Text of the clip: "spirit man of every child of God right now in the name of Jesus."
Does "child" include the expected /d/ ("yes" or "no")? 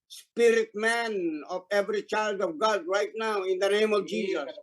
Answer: yes